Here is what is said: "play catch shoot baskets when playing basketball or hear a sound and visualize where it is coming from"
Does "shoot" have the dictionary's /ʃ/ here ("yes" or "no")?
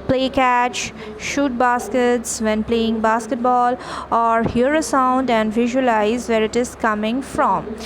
yes